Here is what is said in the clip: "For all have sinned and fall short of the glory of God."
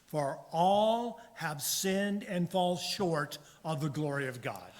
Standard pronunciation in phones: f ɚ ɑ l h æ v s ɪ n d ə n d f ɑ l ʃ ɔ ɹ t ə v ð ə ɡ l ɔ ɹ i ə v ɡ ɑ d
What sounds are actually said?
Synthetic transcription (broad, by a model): f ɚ ɑ l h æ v s ɪ n d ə n f ɑ l ʃ ɔ ɹ t ə v ð ə ɡ l ɔ ɹ i ə v ɡ ɑ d